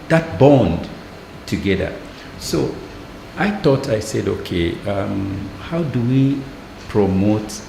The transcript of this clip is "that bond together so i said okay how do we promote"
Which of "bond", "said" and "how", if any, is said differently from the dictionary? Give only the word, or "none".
none